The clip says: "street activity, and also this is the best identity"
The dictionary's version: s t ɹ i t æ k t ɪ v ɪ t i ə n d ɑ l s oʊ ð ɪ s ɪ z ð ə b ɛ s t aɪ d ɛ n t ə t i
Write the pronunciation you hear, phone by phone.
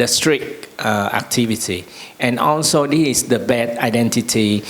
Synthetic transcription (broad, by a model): s t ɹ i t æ k t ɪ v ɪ t i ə n ɑ l s oʊ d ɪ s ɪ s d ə b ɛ t aɪ d ɛ n t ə t i